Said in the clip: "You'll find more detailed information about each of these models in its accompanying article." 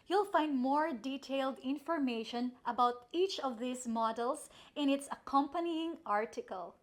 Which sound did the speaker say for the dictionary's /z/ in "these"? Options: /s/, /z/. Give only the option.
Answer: /s/